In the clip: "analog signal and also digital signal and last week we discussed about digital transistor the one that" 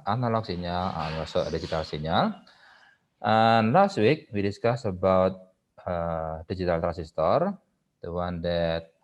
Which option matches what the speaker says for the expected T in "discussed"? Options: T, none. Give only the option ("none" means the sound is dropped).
none